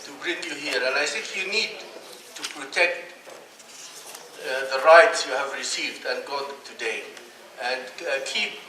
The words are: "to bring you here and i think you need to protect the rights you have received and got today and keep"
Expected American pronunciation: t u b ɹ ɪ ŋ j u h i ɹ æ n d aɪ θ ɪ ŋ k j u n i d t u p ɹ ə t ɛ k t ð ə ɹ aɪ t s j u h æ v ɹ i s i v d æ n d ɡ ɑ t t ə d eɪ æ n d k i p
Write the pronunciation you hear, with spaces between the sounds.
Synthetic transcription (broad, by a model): t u b ɹ ɪ ŋ j u h i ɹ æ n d aɪ s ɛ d j u n i d t u p ɹ ə t ɛ k t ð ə ɹ aɪ t s j u h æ v ɹ i s i v d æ n ɡ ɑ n t ə d eɪ æ n d k i p